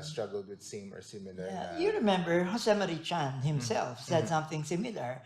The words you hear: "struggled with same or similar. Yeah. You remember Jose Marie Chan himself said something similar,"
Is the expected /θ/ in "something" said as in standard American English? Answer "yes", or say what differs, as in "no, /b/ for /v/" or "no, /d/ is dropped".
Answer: yes